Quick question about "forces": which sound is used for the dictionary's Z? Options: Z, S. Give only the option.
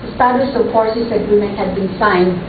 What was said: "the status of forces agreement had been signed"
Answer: S